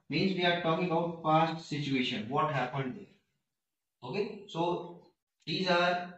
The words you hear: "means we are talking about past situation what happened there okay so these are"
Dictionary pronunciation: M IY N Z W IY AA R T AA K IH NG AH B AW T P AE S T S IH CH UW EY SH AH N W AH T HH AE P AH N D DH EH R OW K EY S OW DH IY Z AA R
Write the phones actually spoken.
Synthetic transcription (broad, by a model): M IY N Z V IY AA R T AA K IH NG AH UH T F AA S T S IH CH UW EY SH AH N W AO T HH AE P AH N D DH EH R OW K EY S OW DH IY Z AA R